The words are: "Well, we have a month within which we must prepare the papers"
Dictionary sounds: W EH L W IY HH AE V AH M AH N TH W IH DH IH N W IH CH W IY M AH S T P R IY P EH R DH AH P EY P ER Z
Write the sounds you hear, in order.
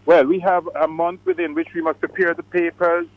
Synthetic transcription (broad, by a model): W EH L W IY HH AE V AH M AH N TH W IH DH IH N W IH CH W IY M AH S T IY P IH R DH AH P EY P ER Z